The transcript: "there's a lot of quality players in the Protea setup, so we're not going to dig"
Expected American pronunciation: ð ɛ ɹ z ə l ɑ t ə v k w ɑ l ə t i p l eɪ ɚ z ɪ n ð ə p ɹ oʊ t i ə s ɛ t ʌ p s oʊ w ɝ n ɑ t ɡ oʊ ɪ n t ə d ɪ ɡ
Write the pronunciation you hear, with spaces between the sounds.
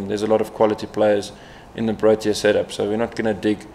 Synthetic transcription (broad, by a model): ð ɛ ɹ z ə l ɑ t ə v k w ɑ l ə t i p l eɪ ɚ z ɪ n ð ə b ɹ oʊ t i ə s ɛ t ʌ p s oʊ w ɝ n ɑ t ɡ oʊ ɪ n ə d ɪ ɡ